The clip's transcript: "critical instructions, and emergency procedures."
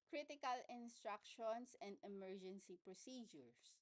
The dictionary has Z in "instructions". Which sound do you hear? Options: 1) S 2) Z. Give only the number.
1